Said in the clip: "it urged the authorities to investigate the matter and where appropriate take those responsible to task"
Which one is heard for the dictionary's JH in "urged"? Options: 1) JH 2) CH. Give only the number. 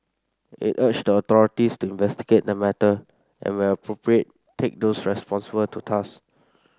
2